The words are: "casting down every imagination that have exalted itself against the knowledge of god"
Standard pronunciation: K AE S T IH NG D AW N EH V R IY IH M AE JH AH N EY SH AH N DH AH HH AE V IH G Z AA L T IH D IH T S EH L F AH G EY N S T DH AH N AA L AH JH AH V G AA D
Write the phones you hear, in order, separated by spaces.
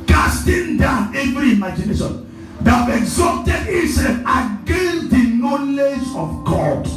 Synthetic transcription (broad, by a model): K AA S T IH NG D AW N EH V R IY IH M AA JH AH N EY SH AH N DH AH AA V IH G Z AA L T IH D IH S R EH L AH G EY N S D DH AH N AA L AH JH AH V G AA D